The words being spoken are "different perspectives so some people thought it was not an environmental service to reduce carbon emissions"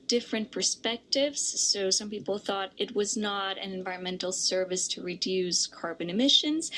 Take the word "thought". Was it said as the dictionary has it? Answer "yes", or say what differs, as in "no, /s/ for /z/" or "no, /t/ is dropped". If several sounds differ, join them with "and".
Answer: yes